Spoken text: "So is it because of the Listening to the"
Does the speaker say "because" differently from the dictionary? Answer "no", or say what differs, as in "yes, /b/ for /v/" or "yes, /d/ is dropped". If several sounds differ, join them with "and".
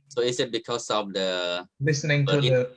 yes, /s/ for /z/